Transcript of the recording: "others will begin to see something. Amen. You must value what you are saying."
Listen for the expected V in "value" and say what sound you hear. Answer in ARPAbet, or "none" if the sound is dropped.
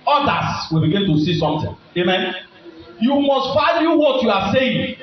F